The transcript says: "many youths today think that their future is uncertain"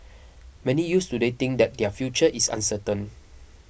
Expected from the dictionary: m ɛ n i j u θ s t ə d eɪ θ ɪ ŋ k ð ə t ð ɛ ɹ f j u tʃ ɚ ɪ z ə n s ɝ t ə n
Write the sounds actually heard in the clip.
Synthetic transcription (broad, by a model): m ɛ n i j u s t ə d eɪ t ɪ ŋ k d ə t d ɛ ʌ f j u tʃ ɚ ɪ s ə n s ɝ t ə n